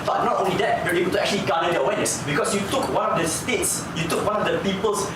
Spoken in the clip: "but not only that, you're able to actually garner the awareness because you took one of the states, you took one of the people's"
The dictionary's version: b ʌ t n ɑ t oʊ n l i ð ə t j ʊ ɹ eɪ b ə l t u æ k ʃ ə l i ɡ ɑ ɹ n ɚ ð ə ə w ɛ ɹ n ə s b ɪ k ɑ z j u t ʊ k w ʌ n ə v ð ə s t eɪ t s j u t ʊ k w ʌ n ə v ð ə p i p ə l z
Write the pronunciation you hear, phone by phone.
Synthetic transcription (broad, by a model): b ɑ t n ɑ t oʊ n l i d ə t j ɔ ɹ eɪ b ə l t u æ k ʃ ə l i ɡ ɑ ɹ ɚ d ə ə w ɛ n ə s b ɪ k ɑ s j u t ʊ k w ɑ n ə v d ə s t eɪ t s j u t ʊ k w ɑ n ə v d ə p i p ə l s